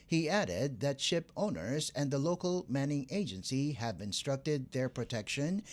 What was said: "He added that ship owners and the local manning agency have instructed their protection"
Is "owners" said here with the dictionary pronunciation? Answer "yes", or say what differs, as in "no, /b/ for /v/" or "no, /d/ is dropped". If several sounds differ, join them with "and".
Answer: yes